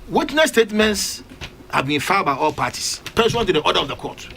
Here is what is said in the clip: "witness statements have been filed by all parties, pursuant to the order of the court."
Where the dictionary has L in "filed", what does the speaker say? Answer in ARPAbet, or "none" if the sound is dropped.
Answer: none